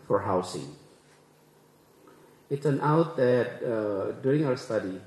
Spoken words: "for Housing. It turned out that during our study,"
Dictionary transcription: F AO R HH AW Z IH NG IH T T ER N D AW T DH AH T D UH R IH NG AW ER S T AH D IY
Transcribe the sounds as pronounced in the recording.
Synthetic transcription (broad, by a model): F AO R HH AW S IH NG IH T S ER N AW T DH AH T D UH R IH NG AW ER S T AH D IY